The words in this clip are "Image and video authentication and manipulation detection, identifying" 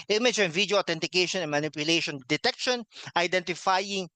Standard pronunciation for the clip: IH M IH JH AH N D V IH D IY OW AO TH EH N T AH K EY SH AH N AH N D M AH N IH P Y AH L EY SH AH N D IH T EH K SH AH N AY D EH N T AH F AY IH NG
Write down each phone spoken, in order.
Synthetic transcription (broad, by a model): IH M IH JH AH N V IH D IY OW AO T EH N T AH K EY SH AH N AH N M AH N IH P Y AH L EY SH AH N D IH T EH K SH AH N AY D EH N T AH F AY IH NG